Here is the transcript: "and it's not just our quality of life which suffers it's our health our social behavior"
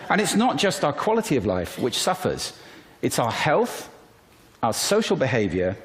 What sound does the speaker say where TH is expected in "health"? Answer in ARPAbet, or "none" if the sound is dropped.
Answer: TH